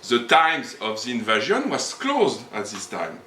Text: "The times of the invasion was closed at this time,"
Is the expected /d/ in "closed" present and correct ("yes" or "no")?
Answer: yes